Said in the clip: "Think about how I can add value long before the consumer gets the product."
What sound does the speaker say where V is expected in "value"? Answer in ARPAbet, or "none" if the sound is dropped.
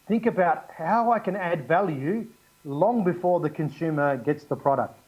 V